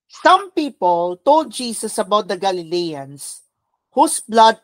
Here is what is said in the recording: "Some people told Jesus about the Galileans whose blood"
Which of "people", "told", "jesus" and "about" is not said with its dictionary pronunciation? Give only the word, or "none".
jesus